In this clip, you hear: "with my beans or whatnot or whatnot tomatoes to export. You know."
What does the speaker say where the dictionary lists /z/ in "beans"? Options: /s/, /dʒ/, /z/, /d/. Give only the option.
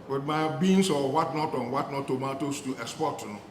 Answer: /s/